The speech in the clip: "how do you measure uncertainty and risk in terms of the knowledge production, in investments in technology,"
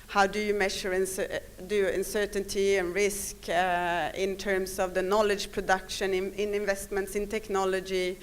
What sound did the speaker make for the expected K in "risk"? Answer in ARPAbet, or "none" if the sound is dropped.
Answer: K